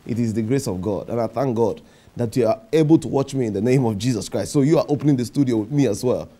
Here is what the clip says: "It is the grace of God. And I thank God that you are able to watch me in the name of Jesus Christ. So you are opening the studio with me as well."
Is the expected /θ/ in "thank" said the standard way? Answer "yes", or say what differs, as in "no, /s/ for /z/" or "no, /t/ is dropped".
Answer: yes